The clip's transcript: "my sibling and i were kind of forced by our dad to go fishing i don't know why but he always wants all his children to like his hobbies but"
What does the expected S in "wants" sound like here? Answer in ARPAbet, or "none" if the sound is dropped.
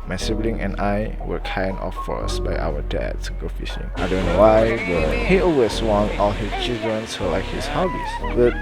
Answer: none